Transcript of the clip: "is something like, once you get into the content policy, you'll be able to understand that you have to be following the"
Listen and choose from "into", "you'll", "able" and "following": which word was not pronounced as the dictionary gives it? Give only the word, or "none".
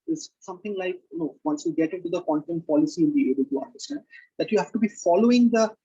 you'll